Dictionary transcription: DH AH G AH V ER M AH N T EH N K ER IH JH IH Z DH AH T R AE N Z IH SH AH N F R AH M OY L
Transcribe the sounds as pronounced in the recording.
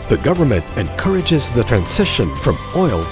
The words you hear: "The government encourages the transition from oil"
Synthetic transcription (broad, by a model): DH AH G AH V ER M AH N T EH N K ER IH JH IH Z DH AH T R AE N Z IH SH AH N F R AH M OY L